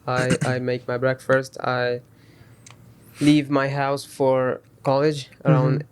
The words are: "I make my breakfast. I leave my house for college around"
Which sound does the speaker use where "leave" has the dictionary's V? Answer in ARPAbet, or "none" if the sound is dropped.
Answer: V